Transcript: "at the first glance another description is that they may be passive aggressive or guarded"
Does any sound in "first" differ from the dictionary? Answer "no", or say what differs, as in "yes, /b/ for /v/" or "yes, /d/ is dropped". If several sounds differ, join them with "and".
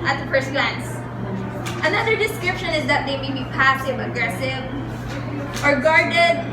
yes, /p/ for /f/